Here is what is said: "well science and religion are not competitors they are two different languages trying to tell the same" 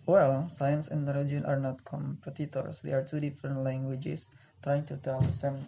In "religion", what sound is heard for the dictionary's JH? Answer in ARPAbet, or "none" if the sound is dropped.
none